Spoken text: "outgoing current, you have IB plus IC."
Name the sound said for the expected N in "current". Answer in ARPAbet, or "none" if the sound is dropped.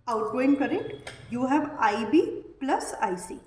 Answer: none